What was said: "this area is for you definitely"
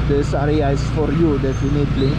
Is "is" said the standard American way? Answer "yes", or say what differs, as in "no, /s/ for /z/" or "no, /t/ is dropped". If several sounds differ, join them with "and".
no, /s/ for /z/